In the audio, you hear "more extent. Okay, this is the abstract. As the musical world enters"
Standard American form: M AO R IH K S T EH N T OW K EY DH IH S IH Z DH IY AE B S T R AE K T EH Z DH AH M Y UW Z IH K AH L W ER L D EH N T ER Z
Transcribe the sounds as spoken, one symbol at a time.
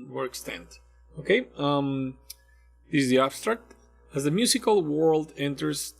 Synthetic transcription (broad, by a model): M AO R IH K S T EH N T OW K EY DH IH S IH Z DH IY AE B S T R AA K T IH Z DH AH M Y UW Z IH K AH L W ER L D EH N T ER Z